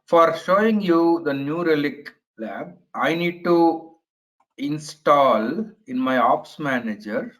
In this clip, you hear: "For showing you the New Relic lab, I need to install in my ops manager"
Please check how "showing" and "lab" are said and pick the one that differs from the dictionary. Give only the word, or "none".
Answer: none